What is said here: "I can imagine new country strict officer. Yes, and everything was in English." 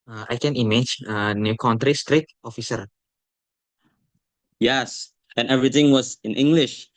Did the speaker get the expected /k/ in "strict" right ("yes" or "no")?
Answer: no